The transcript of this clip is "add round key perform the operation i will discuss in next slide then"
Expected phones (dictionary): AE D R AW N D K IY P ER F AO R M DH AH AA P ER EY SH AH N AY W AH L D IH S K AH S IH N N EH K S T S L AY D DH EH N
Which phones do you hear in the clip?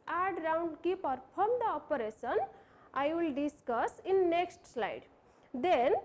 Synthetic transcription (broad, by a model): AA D R AW N D K IY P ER P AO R M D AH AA P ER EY S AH N AY W AH L D IH S K AH S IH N N EH K S T S L AY D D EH N